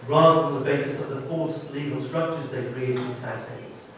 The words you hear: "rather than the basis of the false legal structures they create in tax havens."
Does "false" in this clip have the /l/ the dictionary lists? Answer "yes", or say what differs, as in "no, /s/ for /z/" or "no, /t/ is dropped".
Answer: no, /l/ is dropped